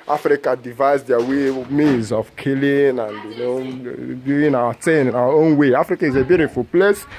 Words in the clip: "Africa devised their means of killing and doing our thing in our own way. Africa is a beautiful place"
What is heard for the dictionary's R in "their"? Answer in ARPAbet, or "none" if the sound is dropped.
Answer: W